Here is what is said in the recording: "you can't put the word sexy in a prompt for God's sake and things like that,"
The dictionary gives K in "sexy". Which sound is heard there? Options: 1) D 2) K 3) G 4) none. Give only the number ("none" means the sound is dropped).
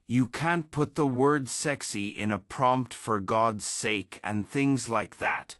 2